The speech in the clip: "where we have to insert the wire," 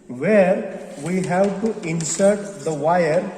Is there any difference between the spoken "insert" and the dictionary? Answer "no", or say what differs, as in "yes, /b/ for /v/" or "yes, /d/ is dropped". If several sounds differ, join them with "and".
no